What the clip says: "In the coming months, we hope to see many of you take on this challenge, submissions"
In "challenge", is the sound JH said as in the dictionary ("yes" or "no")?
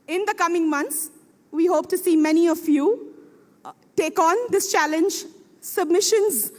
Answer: yes